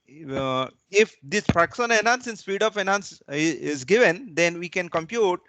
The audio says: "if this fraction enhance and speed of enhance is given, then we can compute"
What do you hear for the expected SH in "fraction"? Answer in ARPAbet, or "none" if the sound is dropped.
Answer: S